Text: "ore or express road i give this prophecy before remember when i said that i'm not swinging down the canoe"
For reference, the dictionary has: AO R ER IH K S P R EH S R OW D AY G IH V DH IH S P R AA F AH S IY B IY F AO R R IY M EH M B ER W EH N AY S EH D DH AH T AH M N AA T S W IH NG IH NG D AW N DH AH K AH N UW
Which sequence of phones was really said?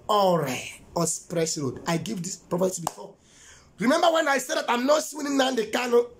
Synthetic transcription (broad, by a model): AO R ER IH S P R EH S R OW D AY G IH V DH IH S P R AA P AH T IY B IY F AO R R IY M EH M B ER W EH N AY S EH D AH T AH M N AA T S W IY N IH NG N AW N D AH K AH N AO